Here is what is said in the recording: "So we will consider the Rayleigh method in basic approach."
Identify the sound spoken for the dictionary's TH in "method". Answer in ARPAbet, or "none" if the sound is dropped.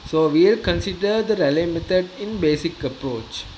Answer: T